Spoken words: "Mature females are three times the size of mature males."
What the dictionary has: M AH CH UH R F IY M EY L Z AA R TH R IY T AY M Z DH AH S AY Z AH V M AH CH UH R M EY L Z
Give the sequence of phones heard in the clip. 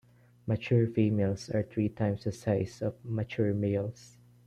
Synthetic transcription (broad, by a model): M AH CH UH R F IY M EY L S AA R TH R IY T AY M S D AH S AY S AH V M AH CH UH R M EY L S